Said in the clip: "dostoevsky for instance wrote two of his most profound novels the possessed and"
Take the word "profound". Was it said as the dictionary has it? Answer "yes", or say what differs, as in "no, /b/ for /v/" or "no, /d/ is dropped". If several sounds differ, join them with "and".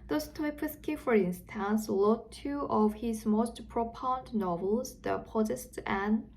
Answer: no, /p/ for /f/